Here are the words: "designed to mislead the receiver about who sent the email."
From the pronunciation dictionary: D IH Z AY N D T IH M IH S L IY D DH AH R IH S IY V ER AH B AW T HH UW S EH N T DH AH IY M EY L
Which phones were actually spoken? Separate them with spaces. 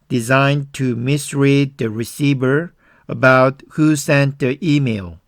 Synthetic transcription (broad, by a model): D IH Z AY N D T IH M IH S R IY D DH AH R IH S IY V ER AH B AW T HH UW S EH N T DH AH IY M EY L